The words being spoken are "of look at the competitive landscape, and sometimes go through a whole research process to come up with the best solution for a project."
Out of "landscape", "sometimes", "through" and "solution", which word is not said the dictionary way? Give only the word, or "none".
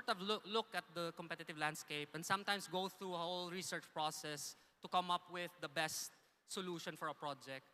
sometimes